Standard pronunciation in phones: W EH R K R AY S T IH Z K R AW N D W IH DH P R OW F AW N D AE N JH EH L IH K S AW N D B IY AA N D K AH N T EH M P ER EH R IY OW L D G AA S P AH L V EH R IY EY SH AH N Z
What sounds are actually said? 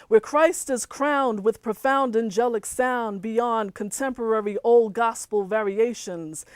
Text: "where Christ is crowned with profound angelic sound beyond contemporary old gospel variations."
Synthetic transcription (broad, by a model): W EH R K R AY S T IH Z K R AW N D W IH DH P R OW F AW N D AE N JH EH L IH K S AW N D B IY AA N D K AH N T EH M P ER EH R IY OW L D G AA S P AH L V EH R IY EY SH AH N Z